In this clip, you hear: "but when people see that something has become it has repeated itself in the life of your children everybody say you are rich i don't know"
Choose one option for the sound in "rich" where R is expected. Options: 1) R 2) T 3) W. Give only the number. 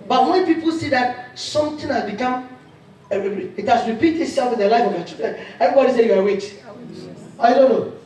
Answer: 3